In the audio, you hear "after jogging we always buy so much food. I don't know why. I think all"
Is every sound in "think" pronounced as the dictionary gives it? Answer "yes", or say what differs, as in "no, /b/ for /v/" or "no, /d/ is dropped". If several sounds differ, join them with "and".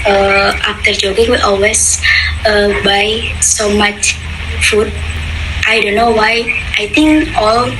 no, /t/ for /θ/